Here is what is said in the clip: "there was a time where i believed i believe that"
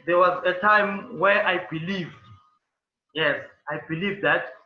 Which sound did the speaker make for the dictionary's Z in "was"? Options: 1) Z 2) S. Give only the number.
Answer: 1